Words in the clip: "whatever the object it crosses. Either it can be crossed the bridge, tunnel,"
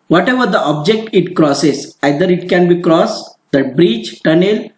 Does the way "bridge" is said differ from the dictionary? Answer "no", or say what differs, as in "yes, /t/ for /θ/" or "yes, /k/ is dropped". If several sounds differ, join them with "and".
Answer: yes, /tʃ/ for /dʒ/